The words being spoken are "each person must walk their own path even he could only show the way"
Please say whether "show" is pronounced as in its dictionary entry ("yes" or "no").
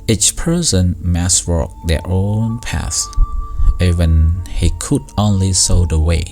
no